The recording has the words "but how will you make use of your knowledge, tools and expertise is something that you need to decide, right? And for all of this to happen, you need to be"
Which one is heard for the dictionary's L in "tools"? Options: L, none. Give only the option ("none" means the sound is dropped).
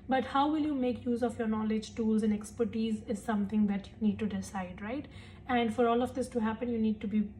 L